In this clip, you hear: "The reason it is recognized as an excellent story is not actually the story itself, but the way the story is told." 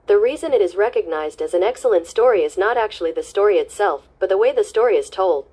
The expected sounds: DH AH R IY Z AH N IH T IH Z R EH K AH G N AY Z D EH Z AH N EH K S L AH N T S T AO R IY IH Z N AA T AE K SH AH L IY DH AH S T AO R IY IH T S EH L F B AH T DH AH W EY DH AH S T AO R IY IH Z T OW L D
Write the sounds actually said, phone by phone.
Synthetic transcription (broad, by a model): DH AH R IY Z AH N IH T IH Z R EH K AH G N AY Z D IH Z N EH K S L AH N T S T AO R IY IH Z N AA T AE K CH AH L IY DH AH S T AO R IY IH T S EH L F B AH T DH AH W EY DH AH S T AO R IY IH Z T OW L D